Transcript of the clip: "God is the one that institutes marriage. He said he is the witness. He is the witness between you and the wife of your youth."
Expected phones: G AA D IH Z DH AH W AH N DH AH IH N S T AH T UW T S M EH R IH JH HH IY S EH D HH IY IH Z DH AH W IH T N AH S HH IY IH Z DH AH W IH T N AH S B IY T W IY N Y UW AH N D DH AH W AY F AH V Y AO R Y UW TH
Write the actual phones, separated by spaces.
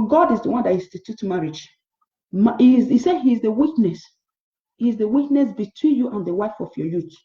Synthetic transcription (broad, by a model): G AA D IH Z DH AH W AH N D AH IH S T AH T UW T M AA R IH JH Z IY S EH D HH IY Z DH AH W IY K N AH S HH IY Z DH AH W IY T N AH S B IY T W IY N Y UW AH N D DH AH W AY F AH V Y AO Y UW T